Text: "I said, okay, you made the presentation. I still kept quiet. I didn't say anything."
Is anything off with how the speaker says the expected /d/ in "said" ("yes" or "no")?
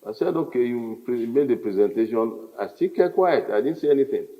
no